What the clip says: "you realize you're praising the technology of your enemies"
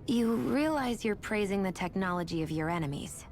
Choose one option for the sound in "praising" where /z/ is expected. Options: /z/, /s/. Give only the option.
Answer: /z/